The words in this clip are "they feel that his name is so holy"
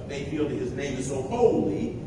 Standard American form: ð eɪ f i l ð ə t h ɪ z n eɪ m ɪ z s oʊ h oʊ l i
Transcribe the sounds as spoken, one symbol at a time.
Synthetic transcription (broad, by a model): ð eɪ f i l ð ə t h ɪ z n eɪ m ɪ z s oʊ h oʊ l i